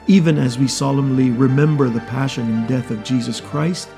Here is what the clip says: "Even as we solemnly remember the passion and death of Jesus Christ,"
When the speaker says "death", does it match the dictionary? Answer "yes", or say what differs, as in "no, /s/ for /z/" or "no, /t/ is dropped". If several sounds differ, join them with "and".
yes